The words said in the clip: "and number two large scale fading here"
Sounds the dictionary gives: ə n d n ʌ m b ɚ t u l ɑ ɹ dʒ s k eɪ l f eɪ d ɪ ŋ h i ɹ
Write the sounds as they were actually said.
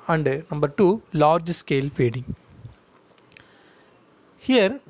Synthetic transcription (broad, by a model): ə n d n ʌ m b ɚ t u l ɑ ɹ dʒ s k eɪ l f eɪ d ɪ ŋ h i ɹ